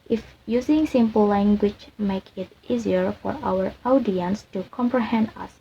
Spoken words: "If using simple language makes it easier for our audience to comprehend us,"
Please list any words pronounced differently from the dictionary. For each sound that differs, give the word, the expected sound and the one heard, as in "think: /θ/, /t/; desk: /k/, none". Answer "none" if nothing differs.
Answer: makes: /s/, none